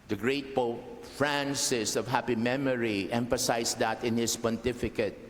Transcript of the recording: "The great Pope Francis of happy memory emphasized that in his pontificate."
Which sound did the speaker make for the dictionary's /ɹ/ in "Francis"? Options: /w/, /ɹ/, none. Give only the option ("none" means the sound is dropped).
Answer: /ɹ/